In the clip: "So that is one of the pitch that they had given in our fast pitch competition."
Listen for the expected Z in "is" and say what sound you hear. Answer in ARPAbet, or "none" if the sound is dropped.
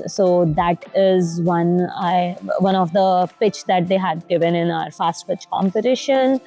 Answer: Z